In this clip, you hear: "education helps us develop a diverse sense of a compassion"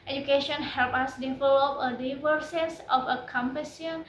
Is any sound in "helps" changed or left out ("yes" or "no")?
yes